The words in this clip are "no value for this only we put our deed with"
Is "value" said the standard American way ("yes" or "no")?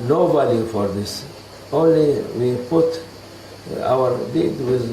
no